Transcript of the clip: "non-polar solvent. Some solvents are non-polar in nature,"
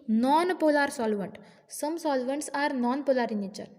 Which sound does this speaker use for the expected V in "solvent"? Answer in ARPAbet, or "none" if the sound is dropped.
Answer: V